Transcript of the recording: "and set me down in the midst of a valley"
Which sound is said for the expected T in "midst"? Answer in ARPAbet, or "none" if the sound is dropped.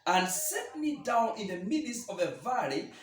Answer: none